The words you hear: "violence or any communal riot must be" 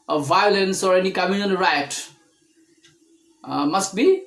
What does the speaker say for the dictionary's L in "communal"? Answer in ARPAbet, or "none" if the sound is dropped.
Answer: N